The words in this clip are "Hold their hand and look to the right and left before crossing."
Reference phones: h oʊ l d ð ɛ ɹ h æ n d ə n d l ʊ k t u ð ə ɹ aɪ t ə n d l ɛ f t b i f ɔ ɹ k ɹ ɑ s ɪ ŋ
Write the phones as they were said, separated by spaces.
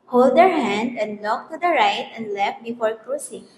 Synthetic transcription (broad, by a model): h oʊ l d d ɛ ɹ h æ n d ə n d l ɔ k t u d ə ɹ aɪ t ə n d l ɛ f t b i f ɔ ɹ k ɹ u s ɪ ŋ